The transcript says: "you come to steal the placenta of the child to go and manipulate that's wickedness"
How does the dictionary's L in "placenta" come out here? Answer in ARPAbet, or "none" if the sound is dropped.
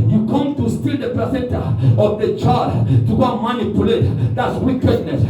none